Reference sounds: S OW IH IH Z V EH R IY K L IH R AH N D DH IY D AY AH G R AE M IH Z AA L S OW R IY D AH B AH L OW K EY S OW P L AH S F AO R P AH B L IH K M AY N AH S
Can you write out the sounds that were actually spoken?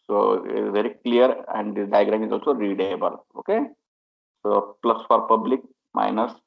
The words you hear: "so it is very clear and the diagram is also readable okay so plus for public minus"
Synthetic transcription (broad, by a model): S OW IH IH V EH R IY K L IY R AH N D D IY D AY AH G R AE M IH Z AA L S OW R IY D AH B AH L OW K EY S OW P L AH S F AO R P AH B L IH K M AY N AH S